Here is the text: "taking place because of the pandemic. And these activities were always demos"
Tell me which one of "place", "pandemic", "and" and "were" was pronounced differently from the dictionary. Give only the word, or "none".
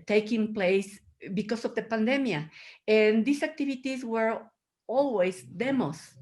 pandemic